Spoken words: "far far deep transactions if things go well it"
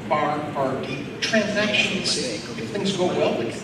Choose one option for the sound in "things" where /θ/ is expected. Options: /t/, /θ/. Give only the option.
/θ/